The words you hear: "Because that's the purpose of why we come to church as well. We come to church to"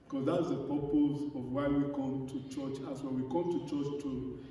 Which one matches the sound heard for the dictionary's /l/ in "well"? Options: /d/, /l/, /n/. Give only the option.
/n/